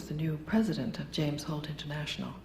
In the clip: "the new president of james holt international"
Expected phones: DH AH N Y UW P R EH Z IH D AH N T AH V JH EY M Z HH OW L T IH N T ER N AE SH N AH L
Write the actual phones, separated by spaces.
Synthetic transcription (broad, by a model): DH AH N Y UW P R EH Z IH D AH N T AH V JH EY M Z HH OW L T IH N T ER N AE SH N L